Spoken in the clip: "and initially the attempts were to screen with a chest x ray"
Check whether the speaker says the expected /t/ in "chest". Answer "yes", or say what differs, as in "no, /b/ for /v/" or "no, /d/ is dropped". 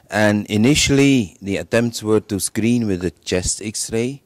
yes